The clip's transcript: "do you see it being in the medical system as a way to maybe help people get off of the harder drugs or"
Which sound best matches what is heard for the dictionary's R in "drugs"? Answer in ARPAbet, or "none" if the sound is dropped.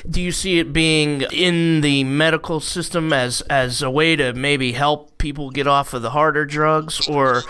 R